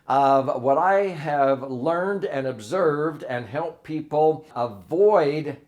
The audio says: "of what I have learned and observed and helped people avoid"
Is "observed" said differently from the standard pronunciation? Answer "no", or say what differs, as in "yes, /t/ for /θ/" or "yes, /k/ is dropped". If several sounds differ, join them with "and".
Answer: no